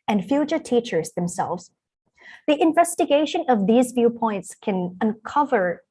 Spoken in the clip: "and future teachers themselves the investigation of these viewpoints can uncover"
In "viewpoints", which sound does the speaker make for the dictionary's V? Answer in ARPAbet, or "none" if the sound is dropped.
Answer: V